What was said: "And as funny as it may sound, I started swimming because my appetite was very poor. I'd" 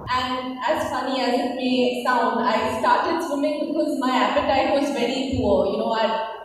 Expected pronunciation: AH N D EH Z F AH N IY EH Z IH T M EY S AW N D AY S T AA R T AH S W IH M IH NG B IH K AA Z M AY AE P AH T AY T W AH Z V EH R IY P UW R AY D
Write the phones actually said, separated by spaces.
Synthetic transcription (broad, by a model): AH N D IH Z F AH N IY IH Z IH T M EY S AW N D AY S T AA R T AH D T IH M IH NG B IH K AA Z M AY AE P AH T AY T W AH Z V EH R IY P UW W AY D